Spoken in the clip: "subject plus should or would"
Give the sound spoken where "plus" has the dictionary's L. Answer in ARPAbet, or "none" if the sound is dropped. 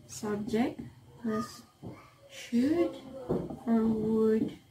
none